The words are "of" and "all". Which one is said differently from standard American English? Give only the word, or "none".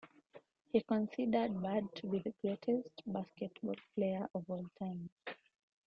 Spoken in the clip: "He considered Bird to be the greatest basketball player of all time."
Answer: none